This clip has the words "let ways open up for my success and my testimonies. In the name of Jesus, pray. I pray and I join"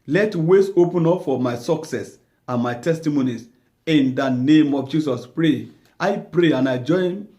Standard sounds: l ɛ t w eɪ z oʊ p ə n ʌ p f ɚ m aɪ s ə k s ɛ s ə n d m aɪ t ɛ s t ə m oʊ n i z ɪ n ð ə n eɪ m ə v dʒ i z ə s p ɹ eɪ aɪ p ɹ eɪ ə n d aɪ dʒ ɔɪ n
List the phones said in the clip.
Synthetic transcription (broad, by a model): l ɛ t w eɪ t oʊ p ə n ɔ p f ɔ m aɪ s ə k s ɛ s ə n m aɪ t ɛ s t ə m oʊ n i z ɪ n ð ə n eɪ m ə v dʒ i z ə s p ɹ eɪ aɪ p ɹ eɪ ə n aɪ dʒ ɔɪ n